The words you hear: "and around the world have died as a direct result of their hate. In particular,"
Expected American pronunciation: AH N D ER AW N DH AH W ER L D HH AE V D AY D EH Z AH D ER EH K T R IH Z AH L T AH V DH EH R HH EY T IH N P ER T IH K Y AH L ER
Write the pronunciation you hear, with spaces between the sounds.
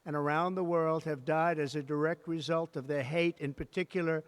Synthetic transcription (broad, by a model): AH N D ER AW N DH AH W ER L D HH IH V D AY D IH Z AH D ER EH K T R IH Z AH L T AH V DH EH R HH EY T IH N P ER T IH K Y L ER